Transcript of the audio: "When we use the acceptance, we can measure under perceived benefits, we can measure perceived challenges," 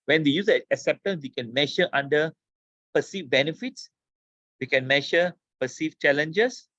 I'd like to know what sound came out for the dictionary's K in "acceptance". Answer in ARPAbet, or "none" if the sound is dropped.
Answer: none